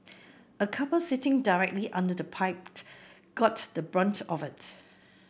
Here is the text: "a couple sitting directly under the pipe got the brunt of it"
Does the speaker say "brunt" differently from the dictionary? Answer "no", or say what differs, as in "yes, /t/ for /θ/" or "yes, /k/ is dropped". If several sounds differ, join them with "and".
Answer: no